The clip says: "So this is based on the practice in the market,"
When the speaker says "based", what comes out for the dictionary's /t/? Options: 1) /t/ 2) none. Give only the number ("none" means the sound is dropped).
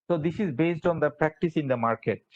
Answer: 1